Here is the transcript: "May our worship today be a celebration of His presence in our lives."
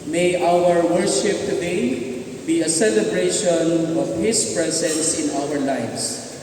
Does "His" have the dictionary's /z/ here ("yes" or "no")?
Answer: no